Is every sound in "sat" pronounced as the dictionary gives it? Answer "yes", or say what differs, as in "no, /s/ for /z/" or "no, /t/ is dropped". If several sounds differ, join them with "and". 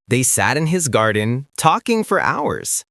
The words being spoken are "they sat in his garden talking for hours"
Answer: yes